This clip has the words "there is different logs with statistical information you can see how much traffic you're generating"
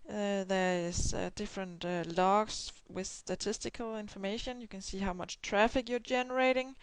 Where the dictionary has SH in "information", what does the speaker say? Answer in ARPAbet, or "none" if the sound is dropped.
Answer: SH